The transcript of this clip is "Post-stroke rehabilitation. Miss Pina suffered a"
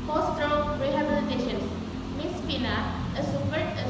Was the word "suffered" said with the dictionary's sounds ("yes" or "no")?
no